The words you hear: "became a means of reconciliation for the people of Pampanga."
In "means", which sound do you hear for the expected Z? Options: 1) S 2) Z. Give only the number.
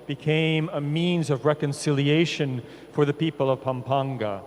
2